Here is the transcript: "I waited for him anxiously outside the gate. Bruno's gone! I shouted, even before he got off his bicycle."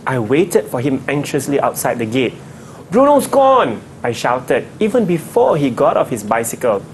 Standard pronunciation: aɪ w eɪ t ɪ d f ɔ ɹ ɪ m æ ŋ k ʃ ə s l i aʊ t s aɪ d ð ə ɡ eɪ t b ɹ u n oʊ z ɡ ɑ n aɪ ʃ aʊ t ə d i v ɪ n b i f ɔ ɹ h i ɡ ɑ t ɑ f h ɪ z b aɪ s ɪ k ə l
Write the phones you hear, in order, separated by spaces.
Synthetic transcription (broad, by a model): aɪ w eɪ t ɪ d f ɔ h ɪ m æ ŋ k ʃ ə s l i aʊ t s aɪ d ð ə ɡ eɪ t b ɹ u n oʊ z ɡ ɑ n aɪ ʃ aʊ t ə d i v ɪ n b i f ɔ h i ɡ ɑ t ɑ f h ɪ s b aɪ s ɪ k ə l